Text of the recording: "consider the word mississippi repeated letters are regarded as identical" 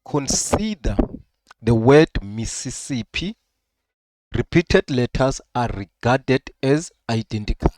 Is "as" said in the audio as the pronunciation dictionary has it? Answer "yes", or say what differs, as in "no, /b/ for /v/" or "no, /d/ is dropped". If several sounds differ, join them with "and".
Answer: yes